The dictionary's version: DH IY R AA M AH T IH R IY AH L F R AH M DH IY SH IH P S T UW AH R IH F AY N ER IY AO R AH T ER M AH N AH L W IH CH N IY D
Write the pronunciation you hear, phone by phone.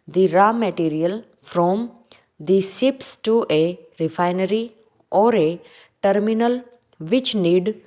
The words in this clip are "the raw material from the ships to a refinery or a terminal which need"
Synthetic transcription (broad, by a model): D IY R AA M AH T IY R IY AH L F R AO M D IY S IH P S T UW AH R IH F AY N ER IY AO R AH T ER M AH N AH L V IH CH N IY D